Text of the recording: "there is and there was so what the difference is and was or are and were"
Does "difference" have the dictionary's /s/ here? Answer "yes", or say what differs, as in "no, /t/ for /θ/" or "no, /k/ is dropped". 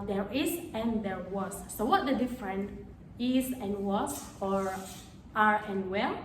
no, /s/ is dropped